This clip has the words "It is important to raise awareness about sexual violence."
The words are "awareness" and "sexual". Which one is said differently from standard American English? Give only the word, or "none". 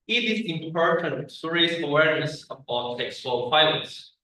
sexual